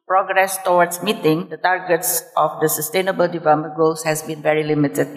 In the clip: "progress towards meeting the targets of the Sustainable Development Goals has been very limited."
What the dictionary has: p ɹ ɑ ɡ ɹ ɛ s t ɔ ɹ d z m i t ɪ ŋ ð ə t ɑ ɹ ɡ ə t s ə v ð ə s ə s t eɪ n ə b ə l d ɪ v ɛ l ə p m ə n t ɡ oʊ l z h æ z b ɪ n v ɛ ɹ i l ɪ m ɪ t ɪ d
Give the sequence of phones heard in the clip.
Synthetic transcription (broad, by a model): p ɹ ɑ ɡ ɹ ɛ s t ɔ w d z m i t ɪ ŋ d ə t ɑ ɹ ɡ ə t s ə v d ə s ə s t eɪ n ə b ə l d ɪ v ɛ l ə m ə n ɡ oʊ l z h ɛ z b ɪ n v ɛ ɹ i l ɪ m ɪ t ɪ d